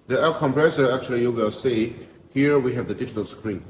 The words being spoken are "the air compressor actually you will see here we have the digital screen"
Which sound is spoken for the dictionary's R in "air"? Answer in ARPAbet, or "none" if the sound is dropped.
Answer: L